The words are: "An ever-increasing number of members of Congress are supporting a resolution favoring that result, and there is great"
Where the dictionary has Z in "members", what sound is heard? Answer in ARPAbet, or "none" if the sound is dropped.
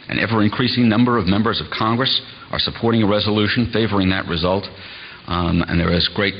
Z